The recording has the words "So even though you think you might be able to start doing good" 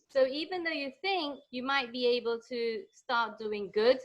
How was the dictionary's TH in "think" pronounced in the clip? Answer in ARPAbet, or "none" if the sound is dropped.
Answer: TH